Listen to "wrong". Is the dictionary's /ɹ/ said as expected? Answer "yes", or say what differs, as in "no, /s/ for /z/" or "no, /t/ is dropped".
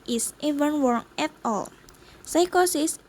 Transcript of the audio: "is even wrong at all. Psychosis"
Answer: no, /w/ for /ɹ/